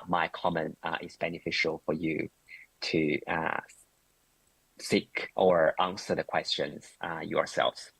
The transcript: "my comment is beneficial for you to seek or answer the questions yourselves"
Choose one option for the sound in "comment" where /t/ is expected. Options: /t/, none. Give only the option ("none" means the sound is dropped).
/t/